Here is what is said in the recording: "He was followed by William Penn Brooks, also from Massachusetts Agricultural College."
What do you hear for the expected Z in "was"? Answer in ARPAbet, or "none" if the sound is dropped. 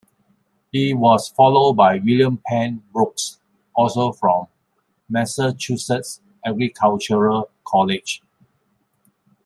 S